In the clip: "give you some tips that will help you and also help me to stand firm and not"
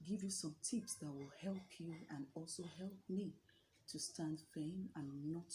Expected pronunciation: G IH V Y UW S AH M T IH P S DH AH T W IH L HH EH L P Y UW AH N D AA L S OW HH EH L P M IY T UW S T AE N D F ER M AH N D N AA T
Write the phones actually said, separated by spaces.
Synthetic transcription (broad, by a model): G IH V Y UW S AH M T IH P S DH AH T W IH L HH EH L P Y UW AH N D AA L S OW HH EH L P M IY T UW S T AE N D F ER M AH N N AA T